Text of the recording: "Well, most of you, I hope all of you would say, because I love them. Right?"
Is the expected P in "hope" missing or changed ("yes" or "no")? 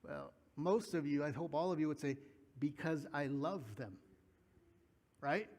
no